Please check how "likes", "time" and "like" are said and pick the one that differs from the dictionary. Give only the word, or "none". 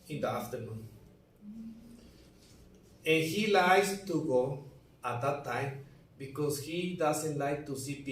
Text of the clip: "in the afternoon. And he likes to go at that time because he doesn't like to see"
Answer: likes